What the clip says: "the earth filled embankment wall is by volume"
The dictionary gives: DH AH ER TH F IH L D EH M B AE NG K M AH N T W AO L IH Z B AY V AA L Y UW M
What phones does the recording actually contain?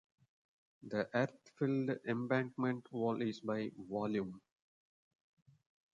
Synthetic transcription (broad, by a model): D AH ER T F IH L D EH M B AE NG K M AH N T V AO L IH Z B AY V AA L Y UW M